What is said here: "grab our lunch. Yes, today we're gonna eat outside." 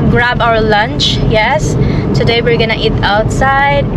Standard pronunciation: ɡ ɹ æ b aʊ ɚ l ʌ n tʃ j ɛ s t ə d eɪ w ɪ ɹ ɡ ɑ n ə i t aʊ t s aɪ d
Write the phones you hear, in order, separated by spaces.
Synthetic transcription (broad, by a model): ɡ ɹ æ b aʊ ɚ l ʌ n tʃ j ɛ s t ə d eɪ w ɪ ɹ ɡ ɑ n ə i t aʊ t s aɪ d